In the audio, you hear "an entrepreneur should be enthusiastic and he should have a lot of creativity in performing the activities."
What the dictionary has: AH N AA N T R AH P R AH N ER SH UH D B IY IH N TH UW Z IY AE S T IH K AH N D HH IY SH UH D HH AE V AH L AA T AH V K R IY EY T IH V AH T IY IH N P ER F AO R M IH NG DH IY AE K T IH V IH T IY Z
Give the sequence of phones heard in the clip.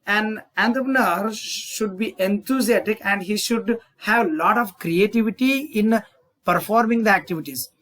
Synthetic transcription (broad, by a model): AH N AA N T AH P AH N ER SH UH D B IY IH N T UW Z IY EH T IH K AH N D HH IY SH UH D HH AE V L AA T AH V K R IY EY T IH V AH T IY IH N P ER F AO R M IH NG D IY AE K T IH V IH T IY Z